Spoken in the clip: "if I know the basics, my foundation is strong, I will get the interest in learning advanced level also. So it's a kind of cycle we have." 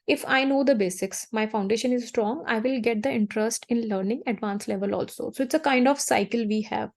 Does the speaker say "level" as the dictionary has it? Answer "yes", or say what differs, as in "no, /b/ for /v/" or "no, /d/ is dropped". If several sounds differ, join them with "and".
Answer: yes